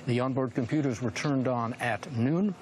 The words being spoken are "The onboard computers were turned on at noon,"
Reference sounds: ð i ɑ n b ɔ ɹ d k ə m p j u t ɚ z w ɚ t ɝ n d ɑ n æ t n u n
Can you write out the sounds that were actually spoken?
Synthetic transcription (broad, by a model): ð i ɑ n b ɔ ɹ d k ə m p j u t ɚ z w ɚ t ɝ n d n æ t n u n